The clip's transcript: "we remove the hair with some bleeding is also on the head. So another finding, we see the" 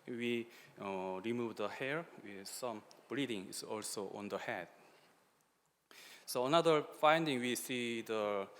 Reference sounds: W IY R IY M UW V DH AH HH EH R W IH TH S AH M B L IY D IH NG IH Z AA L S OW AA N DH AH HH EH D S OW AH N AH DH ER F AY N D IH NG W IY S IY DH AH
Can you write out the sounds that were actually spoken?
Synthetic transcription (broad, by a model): W IY R IY M UW V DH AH HH EH R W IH S AH M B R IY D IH NG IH S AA L S OW AA N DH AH HH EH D S OW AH N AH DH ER F AY N D IH NG W IY S IY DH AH